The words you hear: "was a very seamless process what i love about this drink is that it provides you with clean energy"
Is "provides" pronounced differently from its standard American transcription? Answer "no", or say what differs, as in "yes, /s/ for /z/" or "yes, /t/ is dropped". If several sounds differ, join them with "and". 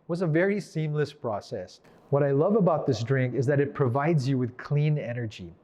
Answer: no